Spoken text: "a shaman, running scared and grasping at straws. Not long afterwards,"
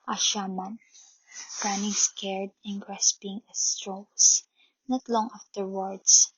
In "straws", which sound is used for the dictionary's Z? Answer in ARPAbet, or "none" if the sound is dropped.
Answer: S